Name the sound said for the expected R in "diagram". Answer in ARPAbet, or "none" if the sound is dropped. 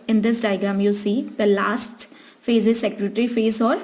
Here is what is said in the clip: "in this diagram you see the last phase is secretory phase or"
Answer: none